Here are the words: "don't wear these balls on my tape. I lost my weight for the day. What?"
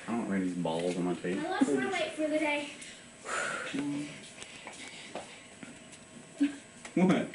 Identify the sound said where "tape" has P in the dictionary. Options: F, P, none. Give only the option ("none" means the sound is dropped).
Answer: none